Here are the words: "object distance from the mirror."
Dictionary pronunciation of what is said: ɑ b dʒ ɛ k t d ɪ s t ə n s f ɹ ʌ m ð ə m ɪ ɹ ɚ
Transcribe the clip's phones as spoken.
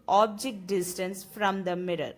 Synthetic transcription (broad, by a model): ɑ b dʒ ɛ k t d ɪ s t ə n s f ɹ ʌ m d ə m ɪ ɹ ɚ